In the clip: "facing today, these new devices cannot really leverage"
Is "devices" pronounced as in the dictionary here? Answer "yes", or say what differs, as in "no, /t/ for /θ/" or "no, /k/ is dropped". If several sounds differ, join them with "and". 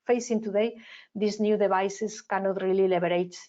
no, /b/ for /v/ and /s/ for /z/